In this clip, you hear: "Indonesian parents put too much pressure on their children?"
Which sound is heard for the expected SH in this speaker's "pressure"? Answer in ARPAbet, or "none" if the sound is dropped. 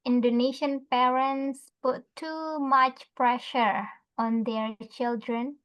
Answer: SH